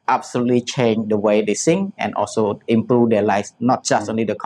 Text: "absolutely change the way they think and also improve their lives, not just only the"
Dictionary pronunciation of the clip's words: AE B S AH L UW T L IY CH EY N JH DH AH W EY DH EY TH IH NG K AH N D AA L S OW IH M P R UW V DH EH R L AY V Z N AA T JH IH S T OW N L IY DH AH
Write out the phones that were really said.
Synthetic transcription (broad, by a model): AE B S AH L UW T L IY CH EY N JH AH W EY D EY S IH NG AH N AA L S OW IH M P R UW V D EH L AY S N AA T JH IH S T OW N L IY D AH